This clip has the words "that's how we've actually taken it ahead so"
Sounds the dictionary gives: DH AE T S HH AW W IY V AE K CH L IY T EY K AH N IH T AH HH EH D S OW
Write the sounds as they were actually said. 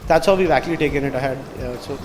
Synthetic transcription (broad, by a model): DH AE T S HH AW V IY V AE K L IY T EY K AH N IH T AH HH EH D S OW